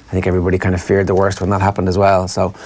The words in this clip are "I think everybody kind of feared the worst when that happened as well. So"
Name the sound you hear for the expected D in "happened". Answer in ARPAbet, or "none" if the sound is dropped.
D